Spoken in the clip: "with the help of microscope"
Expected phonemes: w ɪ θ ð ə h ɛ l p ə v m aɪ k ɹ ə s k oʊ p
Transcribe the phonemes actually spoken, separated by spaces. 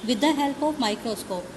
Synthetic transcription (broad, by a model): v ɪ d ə h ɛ l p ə p m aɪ k ɹ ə s k oʊ p